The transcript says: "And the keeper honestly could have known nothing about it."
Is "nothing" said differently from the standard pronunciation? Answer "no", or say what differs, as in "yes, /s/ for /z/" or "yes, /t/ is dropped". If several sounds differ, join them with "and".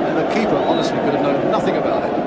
no